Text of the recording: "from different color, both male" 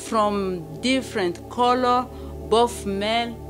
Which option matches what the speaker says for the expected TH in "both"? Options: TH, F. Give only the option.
F